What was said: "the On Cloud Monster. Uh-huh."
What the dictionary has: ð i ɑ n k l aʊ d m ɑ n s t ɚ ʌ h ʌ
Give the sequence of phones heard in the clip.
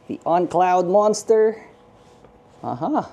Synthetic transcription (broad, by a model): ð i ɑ n k l aʊ d m ɑ n s t ɚ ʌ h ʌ